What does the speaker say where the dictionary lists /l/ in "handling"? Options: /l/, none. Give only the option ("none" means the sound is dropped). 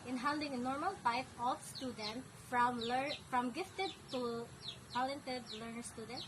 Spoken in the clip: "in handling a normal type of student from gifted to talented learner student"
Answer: none